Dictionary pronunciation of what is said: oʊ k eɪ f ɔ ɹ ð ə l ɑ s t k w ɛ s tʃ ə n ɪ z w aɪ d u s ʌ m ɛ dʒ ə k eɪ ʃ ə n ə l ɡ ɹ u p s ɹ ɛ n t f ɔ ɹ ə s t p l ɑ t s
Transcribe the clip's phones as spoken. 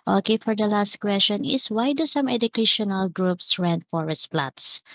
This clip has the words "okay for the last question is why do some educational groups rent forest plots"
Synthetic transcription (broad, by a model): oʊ k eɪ f ɔ ɹ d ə l ɑ s t k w ɛ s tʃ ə n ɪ s w aɪ d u s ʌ m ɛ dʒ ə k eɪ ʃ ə n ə l ɡ ɹ u p s ɹ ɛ n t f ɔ ɹ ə s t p l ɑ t s